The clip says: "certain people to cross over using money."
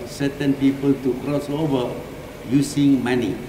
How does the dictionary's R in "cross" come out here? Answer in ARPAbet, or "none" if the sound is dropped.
R